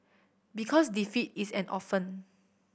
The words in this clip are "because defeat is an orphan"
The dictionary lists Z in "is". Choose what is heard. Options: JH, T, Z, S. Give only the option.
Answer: S